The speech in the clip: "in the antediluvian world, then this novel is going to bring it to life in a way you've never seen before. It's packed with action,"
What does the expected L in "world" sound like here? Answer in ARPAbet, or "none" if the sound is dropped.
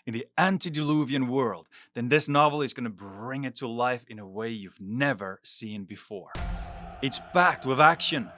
L